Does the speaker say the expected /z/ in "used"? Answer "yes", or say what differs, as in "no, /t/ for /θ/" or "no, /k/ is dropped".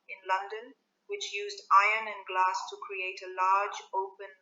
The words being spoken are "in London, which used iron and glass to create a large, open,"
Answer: yes